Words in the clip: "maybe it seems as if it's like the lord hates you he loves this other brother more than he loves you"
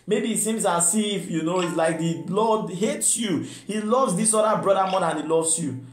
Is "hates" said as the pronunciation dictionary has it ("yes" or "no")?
yes